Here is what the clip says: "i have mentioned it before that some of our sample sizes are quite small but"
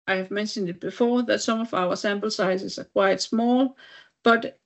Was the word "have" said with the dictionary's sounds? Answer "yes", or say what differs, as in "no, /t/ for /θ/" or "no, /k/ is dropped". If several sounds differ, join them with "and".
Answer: yes